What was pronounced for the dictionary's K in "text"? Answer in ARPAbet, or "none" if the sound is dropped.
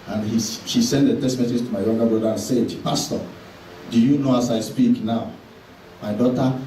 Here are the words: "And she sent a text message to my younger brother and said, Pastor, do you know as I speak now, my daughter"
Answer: none